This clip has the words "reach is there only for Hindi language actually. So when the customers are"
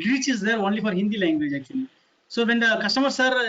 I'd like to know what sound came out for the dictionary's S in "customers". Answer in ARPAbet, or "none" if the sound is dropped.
SH